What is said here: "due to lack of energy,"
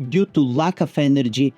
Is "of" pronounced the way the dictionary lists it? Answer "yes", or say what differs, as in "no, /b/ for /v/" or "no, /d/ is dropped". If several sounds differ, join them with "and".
no, /f/ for /v/